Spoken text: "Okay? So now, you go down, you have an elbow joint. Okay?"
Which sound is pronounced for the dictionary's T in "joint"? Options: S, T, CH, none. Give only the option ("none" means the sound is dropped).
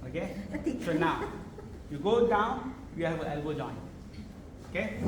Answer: none